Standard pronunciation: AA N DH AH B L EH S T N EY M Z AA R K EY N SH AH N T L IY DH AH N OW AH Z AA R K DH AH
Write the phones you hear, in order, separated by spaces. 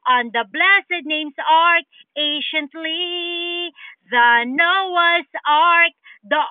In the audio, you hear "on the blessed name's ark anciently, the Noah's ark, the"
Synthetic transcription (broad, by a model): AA N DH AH B L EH S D N EY M S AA R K EY SH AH N T L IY DH AH N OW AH S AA R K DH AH